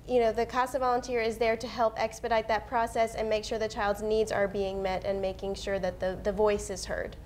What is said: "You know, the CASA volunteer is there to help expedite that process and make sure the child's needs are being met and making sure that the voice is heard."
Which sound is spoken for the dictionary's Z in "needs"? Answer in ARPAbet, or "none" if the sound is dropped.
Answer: Z